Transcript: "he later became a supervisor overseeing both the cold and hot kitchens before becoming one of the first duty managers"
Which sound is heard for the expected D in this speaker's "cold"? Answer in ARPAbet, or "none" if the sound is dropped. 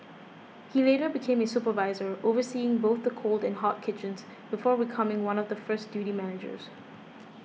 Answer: D